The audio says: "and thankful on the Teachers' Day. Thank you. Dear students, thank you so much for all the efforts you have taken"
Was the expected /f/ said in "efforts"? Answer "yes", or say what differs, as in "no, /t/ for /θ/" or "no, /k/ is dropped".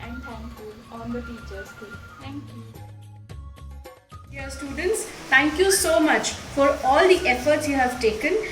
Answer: yes